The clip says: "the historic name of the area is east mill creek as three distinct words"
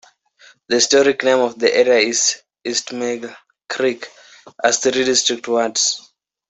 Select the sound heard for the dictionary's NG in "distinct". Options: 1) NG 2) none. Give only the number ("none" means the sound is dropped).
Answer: 2